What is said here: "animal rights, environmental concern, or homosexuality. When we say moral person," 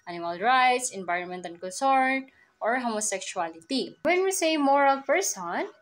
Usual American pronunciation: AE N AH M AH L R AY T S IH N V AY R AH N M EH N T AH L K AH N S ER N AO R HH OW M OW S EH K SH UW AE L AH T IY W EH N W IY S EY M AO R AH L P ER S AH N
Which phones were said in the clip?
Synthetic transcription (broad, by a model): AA N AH M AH L R AY T S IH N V AY R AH N M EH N T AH N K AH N S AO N AO R HH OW M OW S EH K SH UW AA L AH T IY W EH N W IY S EY M AO R AH L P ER S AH N